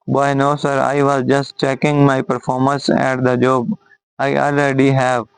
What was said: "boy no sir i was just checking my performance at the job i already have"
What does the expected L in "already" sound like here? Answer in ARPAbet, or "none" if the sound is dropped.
L